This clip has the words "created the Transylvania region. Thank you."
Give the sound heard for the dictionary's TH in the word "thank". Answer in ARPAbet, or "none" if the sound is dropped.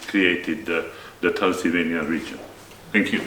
T